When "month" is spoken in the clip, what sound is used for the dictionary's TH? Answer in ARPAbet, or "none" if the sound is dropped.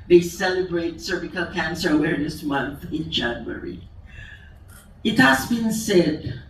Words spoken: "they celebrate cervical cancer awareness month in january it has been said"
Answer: TH